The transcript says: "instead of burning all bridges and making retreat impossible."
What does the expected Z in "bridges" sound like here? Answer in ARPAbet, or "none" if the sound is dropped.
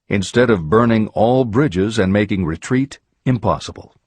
Z